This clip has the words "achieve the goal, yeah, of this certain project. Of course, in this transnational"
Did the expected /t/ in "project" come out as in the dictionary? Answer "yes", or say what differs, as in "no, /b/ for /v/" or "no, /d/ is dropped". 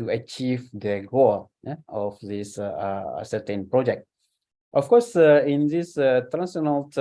yes